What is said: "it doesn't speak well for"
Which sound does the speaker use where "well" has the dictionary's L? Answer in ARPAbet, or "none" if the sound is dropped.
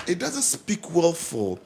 L